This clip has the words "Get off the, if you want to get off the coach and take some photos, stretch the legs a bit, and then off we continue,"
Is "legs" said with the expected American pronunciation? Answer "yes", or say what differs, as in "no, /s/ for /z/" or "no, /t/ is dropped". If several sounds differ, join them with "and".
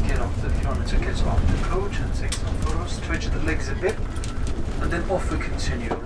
yes